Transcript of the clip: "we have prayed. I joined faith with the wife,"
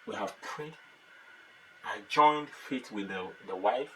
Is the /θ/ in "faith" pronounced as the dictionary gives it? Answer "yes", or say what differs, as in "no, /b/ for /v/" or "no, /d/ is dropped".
no, /t/ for /θ/